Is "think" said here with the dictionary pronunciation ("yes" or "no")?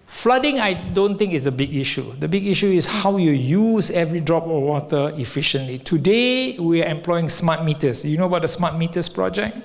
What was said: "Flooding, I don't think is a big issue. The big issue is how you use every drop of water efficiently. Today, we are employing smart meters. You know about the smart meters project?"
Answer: no